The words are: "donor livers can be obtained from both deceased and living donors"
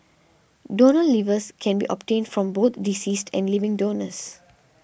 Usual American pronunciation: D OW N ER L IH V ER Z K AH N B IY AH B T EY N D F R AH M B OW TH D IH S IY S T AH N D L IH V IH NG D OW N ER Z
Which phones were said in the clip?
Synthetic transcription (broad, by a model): D OW N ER L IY V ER S K AH N B IY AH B T EY N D F R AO M B OW T D IH S IY S T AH N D L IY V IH NG D OW N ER S